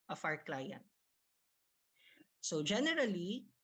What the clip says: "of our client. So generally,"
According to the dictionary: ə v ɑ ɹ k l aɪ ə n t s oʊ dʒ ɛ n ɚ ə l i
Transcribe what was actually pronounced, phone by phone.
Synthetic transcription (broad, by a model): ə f ɑ ɹ k l aɪ ə n t s oʊ dʒ ɛ n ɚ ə l i